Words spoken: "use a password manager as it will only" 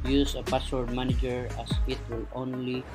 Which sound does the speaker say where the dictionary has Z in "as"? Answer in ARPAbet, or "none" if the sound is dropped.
S